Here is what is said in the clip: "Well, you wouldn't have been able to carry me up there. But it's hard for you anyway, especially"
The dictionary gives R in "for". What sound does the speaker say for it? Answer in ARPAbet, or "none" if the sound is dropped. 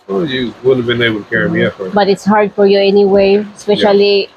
R